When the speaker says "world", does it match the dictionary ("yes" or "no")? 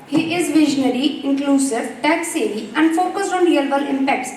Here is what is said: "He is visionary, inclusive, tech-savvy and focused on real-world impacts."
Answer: no